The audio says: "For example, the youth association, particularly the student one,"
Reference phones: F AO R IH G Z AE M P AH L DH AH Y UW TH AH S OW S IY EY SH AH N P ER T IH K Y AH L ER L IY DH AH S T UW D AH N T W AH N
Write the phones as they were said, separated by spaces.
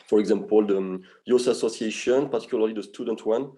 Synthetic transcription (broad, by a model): F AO R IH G Z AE M P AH L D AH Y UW S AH S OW S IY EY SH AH N P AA T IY K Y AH L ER L IY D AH S T UW D AH N T W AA N